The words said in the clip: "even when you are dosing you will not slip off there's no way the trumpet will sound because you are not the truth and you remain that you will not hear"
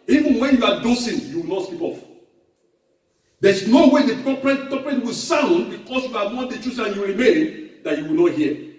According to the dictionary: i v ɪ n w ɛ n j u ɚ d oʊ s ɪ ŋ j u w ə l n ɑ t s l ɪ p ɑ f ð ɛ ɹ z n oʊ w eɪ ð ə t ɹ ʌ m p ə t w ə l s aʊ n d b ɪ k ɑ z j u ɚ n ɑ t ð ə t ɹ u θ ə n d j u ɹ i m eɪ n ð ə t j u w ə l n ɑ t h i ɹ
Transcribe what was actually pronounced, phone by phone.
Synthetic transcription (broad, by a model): i v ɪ n w ɛ n j u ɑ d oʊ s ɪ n j u w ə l n ɑ t s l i p ɑ f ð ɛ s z n oʊ w eɪ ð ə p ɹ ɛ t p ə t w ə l s aʊ n d b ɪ k ɑ s j u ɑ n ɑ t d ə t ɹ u s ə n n j u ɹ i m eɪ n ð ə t j u w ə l n ɑ t h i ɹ